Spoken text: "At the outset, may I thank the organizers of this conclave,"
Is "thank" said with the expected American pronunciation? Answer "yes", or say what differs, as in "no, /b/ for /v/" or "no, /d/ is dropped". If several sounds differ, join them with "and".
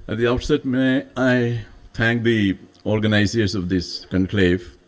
no, /t/ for /θ/